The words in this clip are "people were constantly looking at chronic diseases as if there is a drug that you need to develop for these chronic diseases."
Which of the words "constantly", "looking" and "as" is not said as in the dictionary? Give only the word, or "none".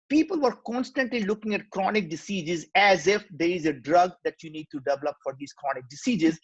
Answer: none